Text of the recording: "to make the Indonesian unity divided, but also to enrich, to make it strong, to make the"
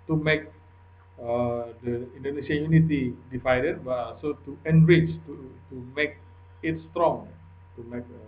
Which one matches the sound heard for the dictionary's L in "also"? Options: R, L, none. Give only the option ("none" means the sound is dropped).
none